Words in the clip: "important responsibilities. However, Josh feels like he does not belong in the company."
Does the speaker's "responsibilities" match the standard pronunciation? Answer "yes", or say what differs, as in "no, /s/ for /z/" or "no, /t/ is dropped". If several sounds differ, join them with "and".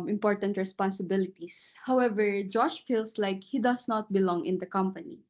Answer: no, /s/ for /z/